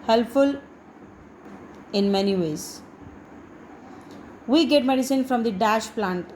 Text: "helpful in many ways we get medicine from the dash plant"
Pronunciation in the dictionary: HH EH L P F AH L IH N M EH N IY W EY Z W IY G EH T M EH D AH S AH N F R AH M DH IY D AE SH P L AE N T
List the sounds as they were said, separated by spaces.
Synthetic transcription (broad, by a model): HH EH L P F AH L IH N M EH N IY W EY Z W IY G EH T M EH D AH S AH N F R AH M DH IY D AE SH P L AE N T